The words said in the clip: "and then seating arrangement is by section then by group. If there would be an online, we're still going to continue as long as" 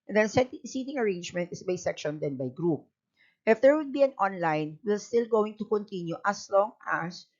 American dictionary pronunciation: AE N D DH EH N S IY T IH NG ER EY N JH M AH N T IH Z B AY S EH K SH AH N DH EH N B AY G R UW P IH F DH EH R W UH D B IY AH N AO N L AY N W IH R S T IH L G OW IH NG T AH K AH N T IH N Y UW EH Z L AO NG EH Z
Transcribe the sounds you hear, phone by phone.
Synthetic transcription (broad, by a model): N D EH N S IY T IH NG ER EY N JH M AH N T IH S B AY S EH K SH AH N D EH N B AY G R UW P IH F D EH R W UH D B IY AH N AO N L AY N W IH L S T IH L G OW IH NG T AH K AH N T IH N Y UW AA S L AO NG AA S